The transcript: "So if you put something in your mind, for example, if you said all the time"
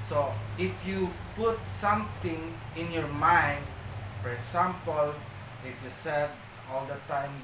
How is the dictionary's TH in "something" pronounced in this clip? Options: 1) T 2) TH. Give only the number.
1